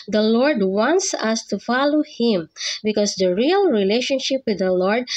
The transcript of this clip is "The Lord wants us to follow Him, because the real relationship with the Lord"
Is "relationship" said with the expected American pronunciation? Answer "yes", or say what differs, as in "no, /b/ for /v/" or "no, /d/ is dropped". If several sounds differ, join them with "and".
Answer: yes